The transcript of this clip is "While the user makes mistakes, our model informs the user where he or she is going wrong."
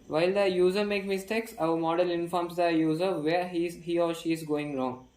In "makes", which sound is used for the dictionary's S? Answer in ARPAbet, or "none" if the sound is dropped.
none